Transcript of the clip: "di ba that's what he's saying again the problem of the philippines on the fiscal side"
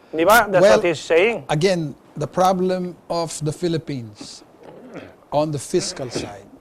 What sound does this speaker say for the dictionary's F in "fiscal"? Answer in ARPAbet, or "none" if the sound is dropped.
F